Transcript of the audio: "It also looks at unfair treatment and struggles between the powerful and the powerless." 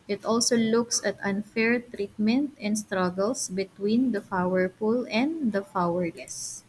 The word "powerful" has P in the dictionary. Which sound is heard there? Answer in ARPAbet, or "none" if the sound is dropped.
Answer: F